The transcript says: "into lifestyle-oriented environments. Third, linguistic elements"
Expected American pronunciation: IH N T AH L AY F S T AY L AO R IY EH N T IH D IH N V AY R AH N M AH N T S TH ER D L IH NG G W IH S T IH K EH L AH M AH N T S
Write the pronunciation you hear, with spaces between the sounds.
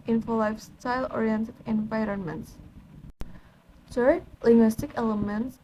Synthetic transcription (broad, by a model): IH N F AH L AY F S T AY L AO R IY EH N T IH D IH N V AY R AH N M AH N T S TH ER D L IH NG G W IH S T IH K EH L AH M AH N T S